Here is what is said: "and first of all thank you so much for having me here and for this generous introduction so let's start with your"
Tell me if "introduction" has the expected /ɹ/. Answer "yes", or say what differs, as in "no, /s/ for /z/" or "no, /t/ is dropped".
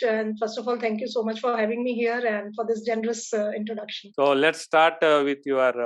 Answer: yes